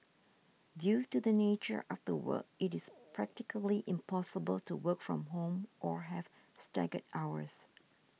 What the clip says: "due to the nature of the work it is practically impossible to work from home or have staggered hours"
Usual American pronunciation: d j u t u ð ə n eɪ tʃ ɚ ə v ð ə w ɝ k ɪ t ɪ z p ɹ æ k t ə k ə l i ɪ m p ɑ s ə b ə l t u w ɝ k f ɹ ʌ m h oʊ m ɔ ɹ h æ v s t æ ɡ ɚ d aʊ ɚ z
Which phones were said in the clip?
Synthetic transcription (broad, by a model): d j u t u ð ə n eɪ tʃ ɚ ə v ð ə w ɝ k ɪ t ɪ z p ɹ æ k t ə k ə l i ɪ m p ɑ s ə b ə l t u w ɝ k f ɹ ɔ m h oʊ m ɔ ɹ h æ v s t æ ɡ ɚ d aʊ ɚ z